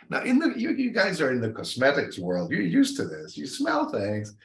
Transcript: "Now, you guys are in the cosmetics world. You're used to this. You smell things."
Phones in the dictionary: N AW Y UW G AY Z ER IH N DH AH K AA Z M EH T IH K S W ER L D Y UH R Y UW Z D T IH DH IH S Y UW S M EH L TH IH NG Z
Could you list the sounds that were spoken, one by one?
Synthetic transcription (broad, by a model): N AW Y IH G AY Z ER IH N DH AH K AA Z M EH T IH K S W ER L D Y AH R Y UW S T IH DH IH S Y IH S M EH L TH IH NG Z